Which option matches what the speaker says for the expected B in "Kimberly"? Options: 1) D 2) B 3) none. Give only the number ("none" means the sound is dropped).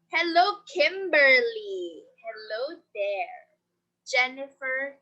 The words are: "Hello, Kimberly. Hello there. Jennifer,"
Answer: 2